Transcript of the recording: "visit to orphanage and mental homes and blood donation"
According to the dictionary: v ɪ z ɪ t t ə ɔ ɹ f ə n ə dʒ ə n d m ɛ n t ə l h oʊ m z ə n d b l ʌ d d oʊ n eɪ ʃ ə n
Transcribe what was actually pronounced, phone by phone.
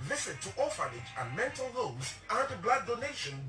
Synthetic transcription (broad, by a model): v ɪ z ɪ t t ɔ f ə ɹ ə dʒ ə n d m ɛ n t ə l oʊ z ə n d b l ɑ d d oʊ n eɪ ʃ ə n